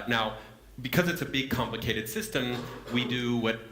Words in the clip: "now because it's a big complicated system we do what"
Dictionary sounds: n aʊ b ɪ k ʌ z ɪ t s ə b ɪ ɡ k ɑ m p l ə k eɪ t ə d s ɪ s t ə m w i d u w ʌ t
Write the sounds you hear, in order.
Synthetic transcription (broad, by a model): n aʊ b ɪ k ʌ z ɪ t s ə b ɪ ɡ k ɑ m p l ə k eɪ t ə d s ɪ s t ə m w i d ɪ w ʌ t